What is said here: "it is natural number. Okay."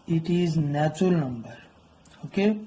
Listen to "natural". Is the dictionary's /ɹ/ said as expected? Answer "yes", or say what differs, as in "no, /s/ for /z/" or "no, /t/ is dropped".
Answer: no, /ɹ/ is dropped